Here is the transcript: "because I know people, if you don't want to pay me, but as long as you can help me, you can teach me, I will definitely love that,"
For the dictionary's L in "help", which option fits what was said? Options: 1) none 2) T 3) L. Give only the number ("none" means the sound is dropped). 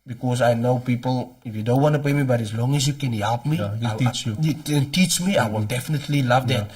3